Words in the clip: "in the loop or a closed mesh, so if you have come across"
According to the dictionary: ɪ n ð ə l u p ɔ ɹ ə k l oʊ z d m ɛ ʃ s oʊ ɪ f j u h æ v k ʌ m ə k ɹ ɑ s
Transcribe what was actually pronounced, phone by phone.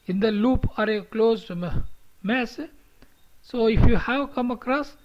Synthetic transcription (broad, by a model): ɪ n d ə l u p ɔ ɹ ə k l oʊ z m m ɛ s s oʊ ɪ f j u h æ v k ʌ m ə k ɹ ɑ s